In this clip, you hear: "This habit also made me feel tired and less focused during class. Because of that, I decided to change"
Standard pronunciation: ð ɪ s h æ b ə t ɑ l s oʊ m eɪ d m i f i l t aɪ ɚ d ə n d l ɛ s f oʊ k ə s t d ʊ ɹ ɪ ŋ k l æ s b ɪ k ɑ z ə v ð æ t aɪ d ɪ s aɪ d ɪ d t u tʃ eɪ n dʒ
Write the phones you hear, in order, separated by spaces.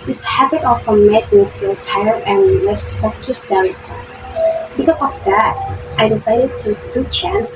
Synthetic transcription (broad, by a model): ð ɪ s h æ b ə t ɑ l s oʊ m eɪ d m i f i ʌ t aɪ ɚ ə n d l ɛ s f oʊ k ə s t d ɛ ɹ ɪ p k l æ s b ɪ k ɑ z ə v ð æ t aɪ d ɪ s aɪ d ɪ d t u tʃ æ n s